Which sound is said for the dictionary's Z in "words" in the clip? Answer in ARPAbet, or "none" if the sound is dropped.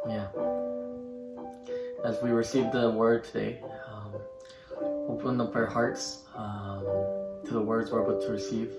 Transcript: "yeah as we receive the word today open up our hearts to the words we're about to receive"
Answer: Z